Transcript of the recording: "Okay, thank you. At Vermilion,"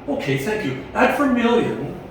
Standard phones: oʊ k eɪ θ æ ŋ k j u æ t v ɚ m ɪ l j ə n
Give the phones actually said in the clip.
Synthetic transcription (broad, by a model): oʊ k eɪ θ æ ŋ k j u æ t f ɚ m ɪ l j ə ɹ